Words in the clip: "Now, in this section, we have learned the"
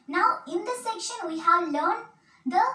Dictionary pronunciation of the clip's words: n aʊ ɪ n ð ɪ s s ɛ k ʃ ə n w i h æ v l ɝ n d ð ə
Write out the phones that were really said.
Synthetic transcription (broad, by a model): n aʊ ɪ n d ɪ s s ɛ k ʃ ə n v i h æ v l ɝ n d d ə